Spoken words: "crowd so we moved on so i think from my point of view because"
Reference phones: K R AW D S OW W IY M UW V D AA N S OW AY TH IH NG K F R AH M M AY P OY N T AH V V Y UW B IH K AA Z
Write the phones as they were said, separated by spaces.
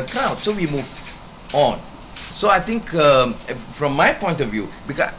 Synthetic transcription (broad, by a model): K R AW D S OW W IY M UW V AA N S OW AY T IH NG K F R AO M M AY P OY N T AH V V Y UW B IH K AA